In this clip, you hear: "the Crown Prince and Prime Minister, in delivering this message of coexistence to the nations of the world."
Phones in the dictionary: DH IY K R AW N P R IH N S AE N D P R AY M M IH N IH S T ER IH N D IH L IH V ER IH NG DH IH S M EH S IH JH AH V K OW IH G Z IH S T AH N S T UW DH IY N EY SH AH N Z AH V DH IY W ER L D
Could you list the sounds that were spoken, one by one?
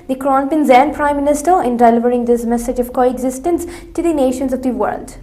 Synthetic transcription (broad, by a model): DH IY K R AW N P IH N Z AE N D P R AY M M IH N IH S T ER IH N D IH L IH V ER IH NG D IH S M EH S IH JH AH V K OW IH G Z IH S T AH N S T UW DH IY N EY SH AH N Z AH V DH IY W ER L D